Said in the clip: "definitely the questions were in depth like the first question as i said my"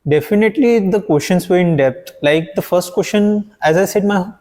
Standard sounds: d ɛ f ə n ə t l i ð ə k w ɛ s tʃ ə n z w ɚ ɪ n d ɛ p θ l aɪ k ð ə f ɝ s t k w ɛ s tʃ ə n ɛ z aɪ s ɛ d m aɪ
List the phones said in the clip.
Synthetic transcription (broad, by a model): d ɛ f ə n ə t l i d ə k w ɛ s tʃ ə n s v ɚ ɪ n d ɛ p t l aɪ k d ə f ɝ s t k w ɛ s ʃ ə n ɛ z aɪ s ɛ d m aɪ